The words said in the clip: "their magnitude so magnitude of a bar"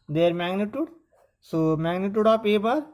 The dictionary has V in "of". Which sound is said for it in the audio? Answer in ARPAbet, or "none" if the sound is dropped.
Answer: P